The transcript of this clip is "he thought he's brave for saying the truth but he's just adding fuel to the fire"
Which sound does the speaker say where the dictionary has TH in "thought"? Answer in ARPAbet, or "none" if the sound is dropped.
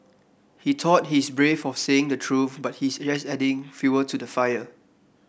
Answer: T